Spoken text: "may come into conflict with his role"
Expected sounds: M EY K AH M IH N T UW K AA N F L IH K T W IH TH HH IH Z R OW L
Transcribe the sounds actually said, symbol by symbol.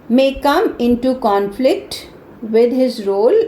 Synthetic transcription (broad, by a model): M EY K AH M IH N T UW K AA N F L IH K T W IH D HH IH Z R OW L